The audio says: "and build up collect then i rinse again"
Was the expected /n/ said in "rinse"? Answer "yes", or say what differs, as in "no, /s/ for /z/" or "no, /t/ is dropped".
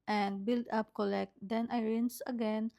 yes